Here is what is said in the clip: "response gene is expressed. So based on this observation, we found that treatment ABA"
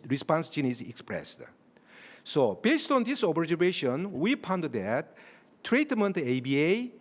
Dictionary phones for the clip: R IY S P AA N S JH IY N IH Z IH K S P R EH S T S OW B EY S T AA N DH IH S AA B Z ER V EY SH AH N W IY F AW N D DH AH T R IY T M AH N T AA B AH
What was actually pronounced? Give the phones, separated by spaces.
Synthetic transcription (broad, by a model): R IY S P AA N S JH IY N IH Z IH K S P R EH S T S OW B EY S T AA N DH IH S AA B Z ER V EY SH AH N W IY P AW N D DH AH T R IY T M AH N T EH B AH